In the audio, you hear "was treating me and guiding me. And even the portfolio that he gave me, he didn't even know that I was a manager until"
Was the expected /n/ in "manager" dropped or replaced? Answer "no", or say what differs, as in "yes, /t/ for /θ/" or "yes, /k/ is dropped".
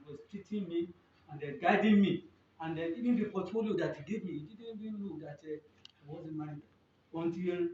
yes, /n/ is dropped